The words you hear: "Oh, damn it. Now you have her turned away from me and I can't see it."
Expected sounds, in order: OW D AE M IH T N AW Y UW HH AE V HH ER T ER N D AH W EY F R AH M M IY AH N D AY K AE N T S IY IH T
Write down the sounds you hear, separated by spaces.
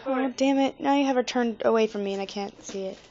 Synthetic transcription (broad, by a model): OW D AE M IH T N AW Y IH HH AE V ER T ER N D AH W EY F R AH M M IY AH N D AY K AE N T S IY IH T